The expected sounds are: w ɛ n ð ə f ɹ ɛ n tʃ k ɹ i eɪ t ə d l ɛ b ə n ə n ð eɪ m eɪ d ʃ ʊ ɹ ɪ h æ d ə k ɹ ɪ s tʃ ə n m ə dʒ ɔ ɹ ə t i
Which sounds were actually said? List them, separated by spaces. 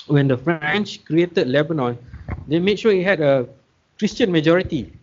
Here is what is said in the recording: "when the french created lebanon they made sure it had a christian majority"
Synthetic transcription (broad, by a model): w ɛ n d ə f ɹ ɛ n tʃ k ɹ i eɪ t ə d l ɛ b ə n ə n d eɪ m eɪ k ʃ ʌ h ɪ h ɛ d ə k ɹ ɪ s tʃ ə n m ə dʒ ɔ ɹ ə t i